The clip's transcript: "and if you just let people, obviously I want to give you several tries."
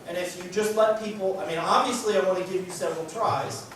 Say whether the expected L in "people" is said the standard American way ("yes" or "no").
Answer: no